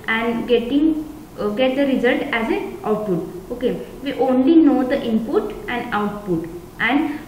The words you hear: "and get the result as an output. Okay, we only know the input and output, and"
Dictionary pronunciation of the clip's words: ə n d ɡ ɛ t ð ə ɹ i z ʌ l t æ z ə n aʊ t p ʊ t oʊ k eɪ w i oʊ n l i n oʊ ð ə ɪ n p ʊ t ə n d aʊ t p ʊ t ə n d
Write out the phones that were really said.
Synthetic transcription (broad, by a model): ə n d ɡ ɛ t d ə ɹ i z ʌ l t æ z ə n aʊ t p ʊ t oʊ k eɪ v i oʊ n l i n oʊ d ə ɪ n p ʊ t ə n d aʊ t p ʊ t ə n d